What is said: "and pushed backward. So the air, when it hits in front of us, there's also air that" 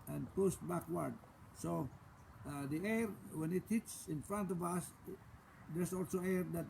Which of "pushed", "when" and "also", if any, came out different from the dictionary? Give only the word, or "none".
pushed